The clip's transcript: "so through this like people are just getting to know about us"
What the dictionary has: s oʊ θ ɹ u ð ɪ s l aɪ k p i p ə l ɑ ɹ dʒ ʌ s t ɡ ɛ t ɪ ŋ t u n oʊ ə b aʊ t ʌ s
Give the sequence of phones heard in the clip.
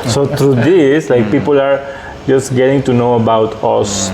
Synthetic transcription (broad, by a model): s oʊ t ɹ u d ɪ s l aɪ k p i p ə l ɑ ɹ dʒ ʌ s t ɡ ɛ t ɪ ŋ t u n oʊ ə b aʊ t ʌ s